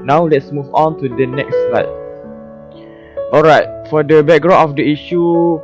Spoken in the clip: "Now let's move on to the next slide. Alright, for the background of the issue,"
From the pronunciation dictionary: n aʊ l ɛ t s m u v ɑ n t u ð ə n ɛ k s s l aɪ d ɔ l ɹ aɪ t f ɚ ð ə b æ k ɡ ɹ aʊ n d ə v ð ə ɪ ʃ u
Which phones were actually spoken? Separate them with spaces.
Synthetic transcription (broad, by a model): n aʊ l ɛ t s m u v ɑ n t u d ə n ɛ k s s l aɪ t ɔ l ɹ aɪ t f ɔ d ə b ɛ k ɡ ɹ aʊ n ə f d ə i ʃ u